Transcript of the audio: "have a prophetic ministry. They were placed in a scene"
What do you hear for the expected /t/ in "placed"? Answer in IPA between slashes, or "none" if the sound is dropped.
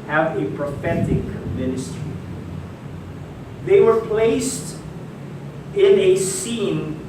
/t/